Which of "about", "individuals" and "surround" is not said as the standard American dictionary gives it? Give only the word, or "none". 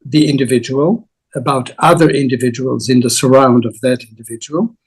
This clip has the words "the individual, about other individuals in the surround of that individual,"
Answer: none